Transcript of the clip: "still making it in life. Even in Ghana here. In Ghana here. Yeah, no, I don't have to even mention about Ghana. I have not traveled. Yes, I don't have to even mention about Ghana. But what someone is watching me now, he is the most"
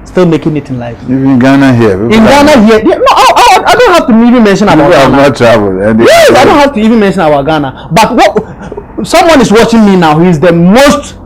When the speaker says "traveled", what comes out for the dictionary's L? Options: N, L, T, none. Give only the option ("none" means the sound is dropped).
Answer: N